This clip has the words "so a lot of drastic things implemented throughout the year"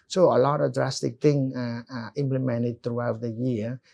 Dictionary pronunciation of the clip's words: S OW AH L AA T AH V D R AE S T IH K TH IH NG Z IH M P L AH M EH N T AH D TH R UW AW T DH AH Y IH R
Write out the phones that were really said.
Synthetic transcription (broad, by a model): S OW AH L AA T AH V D R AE S T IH K T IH NG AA IH M P L AH M EH N T AH D T R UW AW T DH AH Y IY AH